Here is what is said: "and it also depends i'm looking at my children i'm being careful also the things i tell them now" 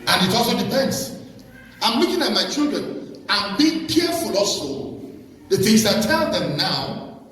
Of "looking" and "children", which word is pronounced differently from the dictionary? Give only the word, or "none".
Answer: looking